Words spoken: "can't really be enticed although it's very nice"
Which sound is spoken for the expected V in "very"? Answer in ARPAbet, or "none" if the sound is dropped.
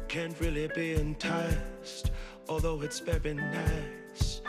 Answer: B